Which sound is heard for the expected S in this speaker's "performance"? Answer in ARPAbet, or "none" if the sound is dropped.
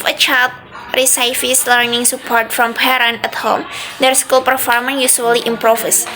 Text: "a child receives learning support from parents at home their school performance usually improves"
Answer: none